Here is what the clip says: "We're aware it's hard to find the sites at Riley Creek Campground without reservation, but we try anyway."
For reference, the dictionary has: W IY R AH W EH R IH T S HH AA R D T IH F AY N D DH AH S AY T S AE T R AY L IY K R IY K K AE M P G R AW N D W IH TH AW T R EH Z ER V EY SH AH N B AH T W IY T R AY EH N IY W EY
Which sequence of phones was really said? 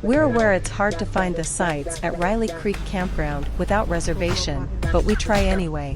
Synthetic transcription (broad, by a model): W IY R AH W EH R IH T S HH AA R D T IH F AY N DH AH S AY T S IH T R AY L IY K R IY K K AE M P G R AW N D W IH TH AW T R EH Z ER V EY SH AH N B AH T W IY T R AY EH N IY W EY